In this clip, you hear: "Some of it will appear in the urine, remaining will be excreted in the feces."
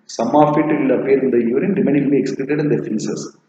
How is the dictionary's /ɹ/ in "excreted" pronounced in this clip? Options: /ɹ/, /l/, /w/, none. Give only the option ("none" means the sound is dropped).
/l/